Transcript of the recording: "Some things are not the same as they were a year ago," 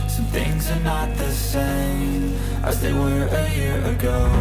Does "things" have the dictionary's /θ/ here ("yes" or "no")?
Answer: yes